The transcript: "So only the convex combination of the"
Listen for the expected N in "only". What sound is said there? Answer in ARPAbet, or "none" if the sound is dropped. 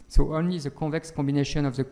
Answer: N